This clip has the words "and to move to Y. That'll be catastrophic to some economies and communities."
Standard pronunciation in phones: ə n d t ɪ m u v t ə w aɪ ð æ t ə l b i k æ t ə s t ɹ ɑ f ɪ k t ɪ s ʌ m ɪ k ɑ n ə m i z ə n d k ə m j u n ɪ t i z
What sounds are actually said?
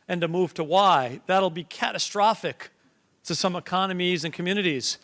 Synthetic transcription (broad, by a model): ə n t ɪ m u v t ə w aɪ ð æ t l b i k æ t ə s t ɹ ɑ f ɪ k t ɪ s ʌ m ɪ k ɑ n ə m i z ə n k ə m j u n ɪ t i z